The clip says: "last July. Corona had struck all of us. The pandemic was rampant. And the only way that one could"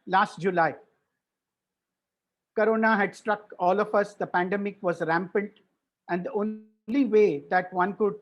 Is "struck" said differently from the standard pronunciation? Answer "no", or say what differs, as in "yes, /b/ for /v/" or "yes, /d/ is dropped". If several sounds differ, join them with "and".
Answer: no